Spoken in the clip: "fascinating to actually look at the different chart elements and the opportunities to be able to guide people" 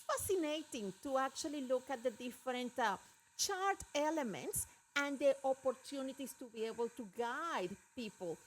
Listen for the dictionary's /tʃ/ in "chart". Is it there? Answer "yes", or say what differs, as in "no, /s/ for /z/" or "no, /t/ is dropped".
yes